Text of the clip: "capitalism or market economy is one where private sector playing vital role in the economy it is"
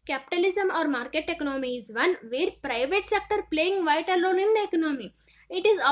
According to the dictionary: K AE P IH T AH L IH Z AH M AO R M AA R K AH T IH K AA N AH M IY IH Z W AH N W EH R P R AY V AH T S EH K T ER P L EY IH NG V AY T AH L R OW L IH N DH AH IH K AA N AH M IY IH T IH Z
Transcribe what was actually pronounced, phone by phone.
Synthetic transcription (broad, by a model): K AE P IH T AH L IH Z AH M AO R M AA R K AH T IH K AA N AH M IY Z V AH N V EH R P R AY V AH T S EH K T ER P L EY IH NG V AY T AH L OW N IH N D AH IH K AA N AH M IY IH T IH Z